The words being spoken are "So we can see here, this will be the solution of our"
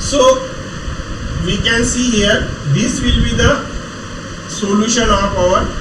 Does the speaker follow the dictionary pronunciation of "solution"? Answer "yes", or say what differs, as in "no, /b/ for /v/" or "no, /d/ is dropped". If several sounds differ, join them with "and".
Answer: yes